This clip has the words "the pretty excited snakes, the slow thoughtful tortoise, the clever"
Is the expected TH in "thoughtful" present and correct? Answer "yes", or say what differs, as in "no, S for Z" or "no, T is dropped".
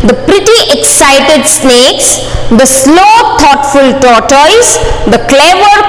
no, T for TH